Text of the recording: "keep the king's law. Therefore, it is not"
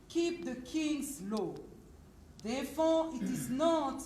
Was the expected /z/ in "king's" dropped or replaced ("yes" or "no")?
yes